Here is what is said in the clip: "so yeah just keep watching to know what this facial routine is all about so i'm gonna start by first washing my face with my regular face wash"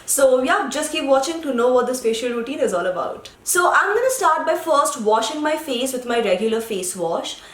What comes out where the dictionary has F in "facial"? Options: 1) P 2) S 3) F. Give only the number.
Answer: 1